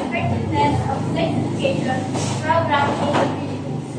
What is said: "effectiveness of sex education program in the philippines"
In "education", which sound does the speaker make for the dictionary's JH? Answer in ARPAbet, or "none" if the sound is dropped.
none